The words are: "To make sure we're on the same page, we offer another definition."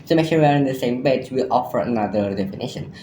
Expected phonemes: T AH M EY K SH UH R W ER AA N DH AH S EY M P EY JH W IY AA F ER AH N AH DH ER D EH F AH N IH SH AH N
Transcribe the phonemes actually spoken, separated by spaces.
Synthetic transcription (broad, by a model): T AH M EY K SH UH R W ER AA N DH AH S EY M B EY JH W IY AA F ER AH N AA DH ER D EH F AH N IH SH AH N